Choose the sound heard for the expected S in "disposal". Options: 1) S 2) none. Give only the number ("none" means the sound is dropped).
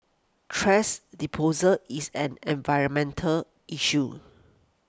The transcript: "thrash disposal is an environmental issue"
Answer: 2